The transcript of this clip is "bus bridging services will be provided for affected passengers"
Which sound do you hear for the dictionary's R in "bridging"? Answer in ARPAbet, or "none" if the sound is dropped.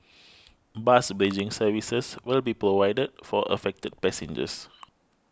none